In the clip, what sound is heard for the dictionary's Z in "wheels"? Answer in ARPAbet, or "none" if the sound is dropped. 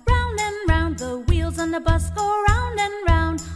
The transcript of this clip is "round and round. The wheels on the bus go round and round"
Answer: Z